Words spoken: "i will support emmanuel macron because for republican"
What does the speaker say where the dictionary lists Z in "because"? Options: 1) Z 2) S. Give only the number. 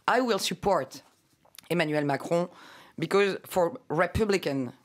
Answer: 1